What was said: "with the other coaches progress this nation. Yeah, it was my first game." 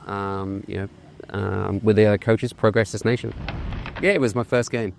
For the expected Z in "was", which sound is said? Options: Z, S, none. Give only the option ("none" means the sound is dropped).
Z